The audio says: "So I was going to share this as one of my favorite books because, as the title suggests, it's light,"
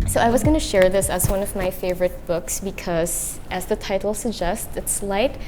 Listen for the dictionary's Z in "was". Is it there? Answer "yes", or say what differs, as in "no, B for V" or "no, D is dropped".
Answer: yes